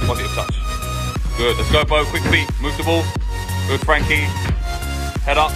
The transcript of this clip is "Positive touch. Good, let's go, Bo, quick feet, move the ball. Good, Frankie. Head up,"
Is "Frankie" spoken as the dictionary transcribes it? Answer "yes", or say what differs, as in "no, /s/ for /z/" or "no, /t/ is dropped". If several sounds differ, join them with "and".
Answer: yes